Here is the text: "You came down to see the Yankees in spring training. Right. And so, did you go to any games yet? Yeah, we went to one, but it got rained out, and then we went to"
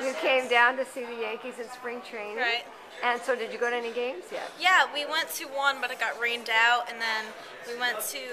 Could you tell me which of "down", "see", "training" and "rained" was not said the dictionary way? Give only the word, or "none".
training